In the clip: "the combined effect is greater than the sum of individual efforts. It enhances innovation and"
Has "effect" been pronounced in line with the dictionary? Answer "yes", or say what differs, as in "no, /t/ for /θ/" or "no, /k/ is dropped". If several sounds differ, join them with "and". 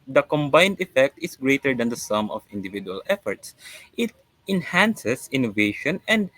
yes